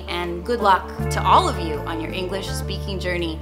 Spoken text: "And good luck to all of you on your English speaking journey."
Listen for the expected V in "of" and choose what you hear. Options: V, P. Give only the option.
V